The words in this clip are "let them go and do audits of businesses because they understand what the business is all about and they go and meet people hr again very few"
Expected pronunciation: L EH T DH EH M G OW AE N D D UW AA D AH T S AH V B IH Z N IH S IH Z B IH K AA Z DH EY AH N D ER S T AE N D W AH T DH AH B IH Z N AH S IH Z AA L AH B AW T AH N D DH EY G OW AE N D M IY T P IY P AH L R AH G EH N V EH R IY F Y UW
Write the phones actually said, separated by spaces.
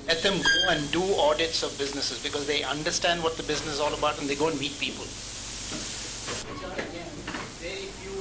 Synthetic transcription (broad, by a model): L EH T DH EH M G OW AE N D D UW AA D AH T S AH V B IH Z N IH S IH Z B IH K AA Z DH EY AH N D ER S T AE N D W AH T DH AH B IH Z N AH S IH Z AA L AH B AW T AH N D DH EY G OW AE N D M IY T P IY P AH L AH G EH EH IY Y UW